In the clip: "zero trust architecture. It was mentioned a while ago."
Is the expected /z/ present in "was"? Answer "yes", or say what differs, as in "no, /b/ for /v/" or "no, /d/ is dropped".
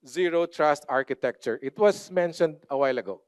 no, /s/ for /z/